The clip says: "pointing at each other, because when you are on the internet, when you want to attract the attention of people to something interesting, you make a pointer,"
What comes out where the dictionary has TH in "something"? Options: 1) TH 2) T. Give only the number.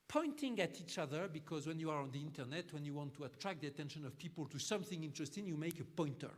1